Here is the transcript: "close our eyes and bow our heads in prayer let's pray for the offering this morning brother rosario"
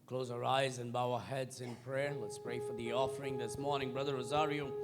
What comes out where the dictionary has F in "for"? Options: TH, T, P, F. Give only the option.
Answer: F